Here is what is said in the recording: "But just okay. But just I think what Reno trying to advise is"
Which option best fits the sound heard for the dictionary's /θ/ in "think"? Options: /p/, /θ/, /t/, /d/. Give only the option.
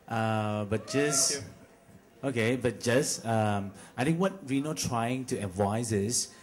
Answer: /t/